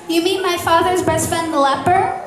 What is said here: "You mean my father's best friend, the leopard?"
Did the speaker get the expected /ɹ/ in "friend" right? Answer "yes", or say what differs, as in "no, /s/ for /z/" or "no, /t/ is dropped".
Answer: no, /ɹ/ is dropped